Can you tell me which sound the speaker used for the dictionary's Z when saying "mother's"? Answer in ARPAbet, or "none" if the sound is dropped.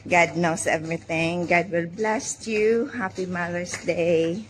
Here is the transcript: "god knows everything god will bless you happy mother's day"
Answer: S